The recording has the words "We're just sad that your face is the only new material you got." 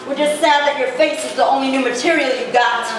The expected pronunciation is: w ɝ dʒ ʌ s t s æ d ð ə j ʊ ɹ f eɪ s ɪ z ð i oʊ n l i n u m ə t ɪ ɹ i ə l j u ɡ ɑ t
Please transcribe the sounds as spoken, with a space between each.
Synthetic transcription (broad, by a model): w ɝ dʒ ʌ s t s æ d ð ə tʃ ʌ ɹ f eɪ s ɪ z ð i oʊ n l i n u m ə t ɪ ɹ i l j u ɡ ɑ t